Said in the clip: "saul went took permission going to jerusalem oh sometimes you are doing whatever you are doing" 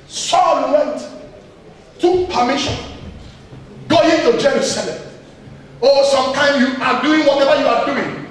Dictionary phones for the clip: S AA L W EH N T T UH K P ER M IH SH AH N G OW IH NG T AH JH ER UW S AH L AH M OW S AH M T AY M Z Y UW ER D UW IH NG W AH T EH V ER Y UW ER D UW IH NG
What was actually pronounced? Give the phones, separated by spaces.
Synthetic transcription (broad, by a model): S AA L W EH N T T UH K P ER M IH SH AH N G OW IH T AH JH ER UW S AH L AH M OW S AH M T AY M Y UW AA D UW IH NG W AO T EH V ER Y UW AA D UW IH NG